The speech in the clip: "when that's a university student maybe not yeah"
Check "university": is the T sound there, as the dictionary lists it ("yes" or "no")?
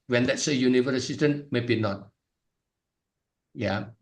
no